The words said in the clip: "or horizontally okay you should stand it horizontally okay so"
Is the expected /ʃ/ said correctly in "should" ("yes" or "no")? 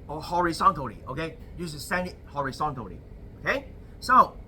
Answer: no